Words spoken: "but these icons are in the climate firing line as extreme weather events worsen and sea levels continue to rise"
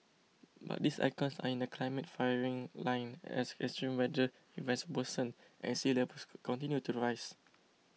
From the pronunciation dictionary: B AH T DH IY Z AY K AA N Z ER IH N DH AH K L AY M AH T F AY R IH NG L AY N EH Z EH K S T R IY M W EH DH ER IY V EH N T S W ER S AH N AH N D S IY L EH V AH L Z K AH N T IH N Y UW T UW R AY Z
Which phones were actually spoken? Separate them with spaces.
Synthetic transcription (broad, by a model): B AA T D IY S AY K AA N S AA IH N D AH K L AY M AH T F AY R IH NG L AY N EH S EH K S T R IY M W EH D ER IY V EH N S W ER S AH N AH N S IY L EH P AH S K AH N T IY N Y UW T UW R AY S